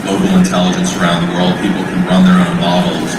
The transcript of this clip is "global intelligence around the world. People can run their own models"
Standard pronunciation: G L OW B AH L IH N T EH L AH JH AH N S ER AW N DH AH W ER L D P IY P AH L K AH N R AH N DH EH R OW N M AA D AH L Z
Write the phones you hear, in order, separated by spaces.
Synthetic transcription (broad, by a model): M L OW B L IH N T EH L AH JH AH N S ER AW N DH AH W ER L D P IY P L K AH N R AH N DH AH R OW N M AA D L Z